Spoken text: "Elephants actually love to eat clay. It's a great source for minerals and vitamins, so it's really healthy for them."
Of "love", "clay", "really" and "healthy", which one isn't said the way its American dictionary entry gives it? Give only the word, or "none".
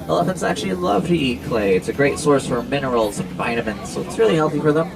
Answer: none